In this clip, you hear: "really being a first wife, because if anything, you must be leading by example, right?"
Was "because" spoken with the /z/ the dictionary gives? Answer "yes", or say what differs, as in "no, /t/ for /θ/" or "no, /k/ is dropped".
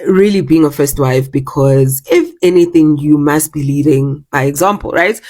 yes